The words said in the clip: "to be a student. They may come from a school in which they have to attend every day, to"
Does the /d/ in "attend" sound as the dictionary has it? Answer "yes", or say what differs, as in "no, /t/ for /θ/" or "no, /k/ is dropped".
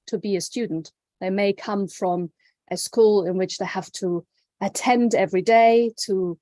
yes